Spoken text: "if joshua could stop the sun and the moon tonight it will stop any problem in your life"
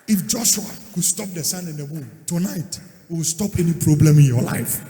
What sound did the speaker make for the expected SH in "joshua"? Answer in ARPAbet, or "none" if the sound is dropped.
SH